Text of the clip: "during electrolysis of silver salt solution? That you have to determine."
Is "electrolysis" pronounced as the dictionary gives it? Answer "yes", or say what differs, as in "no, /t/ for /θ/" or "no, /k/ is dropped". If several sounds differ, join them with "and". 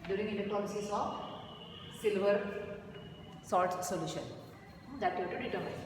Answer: no, /ɹ/ is dropped